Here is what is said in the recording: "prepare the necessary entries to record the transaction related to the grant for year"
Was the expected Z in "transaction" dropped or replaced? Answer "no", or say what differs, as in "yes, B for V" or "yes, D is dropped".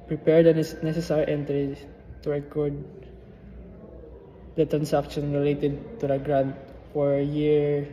yes, S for Z